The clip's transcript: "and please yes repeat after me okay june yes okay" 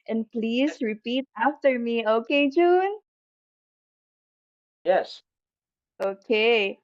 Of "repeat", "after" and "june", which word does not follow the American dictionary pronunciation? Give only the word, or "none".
none